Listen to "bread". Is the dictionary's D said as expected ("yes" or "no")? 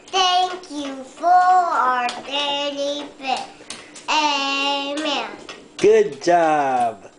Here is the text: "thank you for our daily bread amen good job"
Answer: no